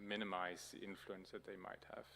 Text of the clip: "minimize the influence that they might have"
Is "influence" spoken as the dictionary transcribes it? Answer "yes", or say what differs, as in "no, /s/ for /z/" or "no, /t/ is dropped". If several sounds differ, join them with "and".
yes